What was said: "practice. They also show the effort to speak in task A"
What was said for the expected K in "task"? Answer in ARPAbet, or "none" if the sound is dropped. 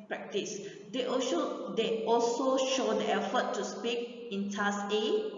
none